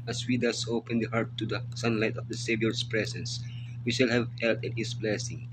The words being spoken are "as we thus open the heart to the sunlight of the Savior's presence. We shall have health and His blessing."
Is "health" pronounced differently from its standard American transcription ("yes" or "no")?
yes